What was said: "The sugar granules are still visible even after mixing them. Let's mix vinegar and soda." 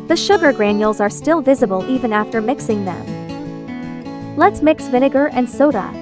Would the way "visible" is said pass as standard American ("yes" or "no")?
yes